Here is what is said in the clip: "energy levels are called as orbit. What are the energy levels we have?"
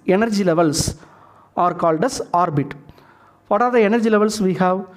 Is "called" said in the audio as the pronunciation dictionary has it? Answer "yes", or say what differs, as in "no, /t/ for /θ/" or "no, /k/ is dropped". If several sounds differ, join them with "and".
yes